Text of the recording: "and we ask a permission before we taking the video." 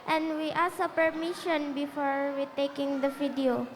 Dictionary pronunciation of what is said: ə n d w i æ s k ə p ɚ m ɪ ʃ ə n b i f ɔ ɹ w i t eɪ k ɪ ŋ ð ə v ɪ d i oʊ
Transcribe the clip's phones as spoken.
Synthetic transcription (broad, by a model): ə n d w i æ s ə p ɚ m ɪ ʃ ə n b i f ɔ ɹ w i t eɪ k ɪ ŋ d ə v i d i oʊ